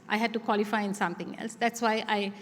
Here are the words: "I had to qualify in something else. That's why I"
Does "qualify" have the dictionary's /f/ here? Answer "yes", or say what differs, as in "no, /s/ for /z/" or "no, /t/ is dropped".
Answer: yes